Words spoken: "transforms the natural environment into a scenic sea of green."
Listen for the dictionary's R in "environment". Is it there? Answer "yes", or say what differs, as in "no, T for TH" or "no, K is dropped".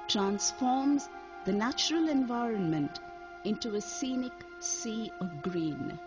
yes